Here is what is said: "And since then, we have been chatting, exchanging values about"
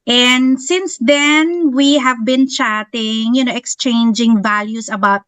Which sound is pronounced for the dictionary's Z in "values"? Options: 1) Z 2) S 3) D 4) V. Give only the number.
2